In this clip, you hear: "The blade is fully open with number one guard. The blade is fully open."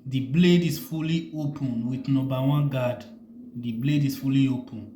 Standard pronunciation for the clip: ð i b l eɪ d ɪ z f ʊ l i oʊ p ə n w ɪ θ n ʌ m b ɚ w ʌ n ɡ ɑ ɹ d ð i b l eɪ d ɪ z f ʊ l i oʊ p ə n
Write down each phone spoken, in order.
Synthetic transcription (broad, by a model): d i b l eɪ d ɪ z f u l i oʊ p ə n w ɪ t n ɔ b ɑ w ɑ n ɡ ɑ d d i b l eɪ d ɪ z f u l i oʊ p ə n